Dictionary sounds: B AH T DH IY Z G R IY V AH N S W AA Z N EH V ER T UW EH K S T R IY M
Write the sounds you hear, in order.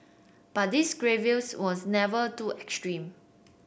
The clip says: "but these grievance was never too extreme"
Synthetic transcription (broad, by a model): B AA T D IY S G R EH V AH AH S W AA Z N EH V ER T UW EH K S T R IY M